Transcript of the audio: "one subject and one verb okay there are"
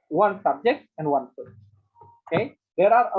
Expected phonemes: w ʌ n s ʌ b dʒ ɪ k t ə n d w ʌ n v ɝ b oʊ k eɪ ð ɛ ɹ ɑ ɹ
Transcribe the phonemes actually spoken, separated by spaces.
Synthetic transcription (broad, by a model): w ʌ n s ʌ b dʒ ɪ k t ə n d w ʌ n p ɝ oʊ k eɪ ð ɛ ɹ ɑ ɹ